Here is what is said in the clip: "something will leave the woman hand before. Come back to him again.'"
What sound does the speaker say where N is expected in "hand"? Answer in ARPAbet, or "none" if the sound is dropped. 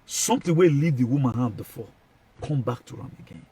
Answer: none